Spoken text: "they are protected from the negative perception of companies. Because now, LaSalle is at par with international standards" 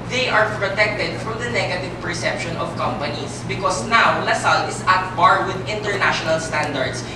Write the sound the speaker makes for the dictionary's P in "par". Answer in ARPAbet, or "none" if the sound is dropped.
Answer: B